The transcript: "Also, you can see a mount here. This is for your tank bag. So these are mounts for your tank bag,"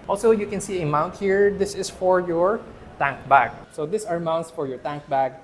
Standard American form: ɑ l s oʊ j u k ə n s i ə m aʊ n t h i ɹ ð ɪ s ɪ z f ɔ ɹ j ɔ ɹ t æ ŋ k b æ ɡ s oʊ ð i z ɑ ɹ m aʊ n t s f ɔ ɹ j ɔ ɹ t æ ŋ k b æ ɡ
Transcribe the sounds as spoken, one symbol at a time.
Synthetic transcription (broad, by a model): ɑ l s oʊ j u k ə n s i ə m aʊ n t h i ɹ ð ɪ s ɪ s f ɔ ɹ j ɔ ɹ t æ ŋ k b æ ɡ s oʊ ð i s ɑ ɹ m aʊ n t s f ɔ ɹ j ɔ ɹ t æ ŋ k b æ ɡ